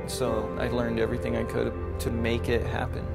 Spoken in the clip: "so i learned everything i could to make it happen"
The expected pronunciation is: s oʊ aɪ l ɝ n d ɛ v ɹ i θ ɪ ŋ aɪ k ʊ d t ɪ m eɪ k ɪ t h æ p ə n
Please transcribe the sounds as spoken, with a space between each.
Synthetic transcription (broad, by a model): s oʊ aɪ l ɝ n d ɛ v ɹ i θ ɪ ŋ aɪ k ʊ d t ɪ m eɪ k ɪ t h æ p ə n